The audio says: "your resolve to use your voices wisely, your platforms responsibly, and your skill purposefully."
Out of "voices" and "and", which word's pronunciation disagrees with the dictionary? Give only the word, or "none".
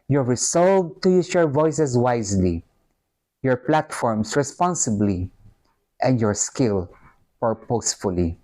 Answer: voices